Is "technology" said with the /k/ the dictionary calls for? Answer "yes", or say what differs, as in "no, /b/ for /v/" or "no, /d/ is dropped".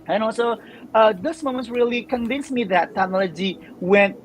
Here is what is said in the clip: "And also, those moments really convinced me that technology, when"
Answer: no, /k/ is dropped